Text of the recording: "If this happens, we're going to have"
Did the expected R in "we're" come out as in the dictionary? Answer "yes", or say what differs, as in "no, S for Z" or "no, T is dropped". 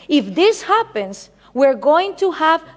yes